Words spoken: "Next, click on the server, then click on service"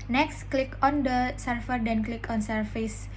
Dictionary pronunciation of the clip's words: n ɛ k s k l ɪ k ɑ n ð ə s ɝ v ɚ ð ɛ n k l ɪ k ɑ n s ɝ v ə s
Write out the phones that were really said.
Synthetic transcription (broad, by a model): n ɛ k s k l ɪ k ɑ n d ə s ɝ f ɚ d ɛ n k l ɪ k ɑ n s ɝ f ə s